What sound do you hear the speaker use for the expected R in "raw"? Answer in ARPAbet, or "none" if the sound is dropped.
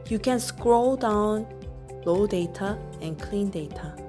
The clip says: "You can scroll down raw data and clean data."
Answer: L